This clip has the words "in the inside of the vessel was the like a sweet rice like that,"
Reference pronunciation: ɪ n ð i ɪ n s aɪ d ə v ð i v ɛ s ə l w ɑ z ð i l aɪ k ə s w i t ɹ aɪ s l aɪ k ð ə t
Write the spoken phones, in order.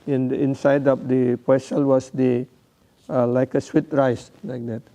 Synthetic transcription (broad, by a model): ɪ n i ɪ n s aɪ d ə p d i p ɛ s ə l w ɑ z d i l aɪ k ə s w i t ɹ aɪ s l aɪ k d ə t